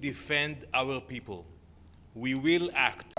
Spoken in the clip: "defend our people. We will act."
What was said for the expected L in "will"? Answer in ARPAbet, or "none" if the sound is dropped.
L